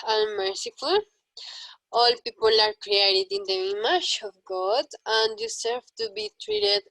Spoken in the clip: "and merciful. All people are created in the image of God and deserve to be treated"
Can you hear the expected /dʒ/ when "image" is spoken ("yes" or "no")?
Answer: no